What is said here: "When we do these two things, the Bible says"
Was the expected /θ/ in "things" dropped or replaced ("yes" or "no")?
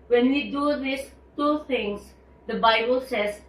yes